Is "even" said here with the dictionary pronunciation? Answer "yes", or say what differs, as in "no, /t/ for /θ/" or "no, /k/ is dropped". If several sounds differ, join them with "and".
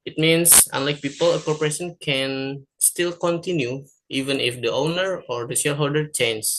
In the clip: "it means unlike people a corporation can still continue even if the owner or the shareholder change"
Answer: yes